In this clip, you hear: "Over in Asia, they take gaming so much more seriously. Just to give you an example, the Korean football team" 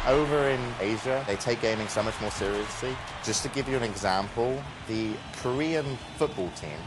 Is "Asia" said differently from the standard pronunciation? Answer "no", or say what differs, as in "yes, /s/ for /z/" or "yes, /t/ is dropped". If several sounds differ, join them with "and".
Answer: no